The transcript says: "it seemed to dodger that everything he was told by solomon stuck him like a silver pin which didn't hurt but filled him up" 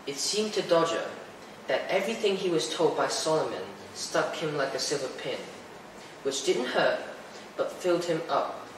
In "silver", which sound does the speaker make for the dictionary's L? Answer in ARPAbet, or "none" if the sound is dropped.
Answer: L